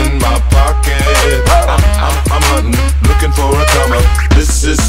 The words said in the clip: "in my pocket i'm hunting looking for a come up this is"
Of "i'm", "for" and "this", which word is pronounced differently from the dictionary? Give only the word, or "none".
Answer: for